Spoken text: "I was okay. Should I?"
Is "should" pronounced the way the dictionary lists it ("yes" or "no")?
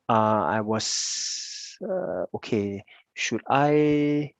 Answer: yes